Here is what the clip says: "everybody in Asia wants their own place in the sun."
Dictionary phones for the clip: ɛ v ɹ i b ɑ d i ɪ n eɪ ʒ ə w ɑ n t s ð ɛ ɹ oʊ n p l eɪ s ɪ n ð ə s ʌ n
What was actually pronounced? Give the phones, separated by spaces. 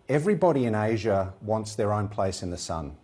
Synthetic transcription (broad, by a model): ɛ v ɹ i b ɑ d i ɪ n eɪ ʒ ə w ɑ n t s ð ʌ ɹ oʊ n p l eɪ s ɪ n ð ə s ʌ n